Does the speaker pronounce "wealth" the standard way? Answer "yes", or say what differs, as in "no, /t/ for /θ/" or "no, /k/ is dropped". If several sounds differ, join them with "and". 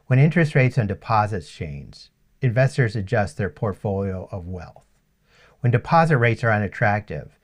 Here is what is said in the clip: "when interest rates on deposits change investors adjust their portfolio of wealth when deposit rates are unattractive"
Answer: yes